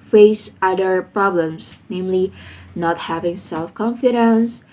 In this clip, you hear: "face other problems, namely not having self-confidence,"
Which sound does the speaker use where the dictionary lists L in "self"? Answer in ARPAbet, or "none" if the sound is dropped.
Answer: L